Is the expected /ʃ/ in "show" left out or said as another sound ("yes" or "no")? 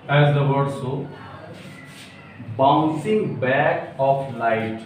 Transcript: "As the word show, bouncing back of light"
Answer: yes